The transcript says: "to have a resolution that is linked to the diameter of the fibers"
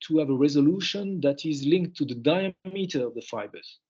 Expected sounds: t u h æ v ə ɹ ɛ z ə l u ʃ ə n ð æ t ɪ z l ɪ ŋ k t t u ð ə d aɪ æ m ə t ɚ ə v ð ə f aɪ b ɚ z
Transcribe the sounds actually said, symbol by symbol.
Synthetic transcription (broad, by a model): t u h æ v ə ɹ ɛ z ə l u ʃ ə n ð æ t ɪ z l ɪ ŋ k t t u ð ə d aɪ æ m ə t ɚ ə v ð ə f aɪ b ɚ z